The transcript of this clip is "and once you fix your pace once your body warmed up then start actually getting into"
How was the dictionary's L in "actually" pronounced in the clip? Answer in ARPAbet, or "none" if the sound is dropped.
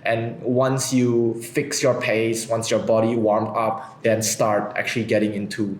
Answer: L